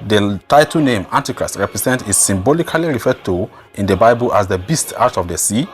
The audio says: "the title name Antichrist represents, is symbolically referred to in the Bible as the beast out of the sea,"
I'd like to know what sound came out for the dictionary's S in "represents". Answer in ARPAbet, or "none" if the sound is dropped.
none